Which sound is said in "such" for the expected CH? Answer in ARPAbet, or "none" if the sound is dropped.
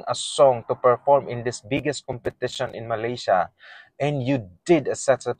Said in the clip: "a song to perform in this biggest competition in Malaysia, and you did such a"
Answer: S